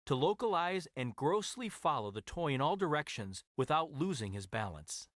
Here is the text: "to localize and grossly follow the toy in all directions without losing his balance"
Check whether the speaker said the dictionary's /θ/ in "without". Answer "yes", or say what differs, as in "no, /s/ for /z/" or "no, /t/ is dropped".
yes